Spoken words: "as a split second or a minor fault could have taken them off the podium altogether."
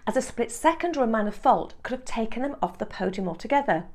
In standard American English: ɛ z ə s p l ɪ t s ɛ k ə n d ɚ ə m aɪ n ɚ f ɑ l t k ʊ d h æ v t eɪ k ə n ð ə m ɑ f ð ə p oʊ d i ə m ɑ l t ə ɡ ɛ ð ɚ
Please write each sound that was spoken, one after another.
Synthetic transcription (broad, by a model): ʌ z ə s p l ɪ t s ɛ k ə n d ɚ ə m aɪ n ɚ f ɑ l t k ʊ d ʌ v t eɪ k ə n ð ə m ɑ f ð ə p oʊ d i ə m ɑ l t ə ɡ ɛ ð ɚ